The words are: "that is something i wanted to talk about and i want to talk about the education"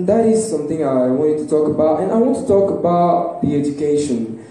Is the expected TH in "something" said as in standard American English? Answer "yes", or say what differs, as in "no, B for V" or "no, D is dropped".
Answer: yes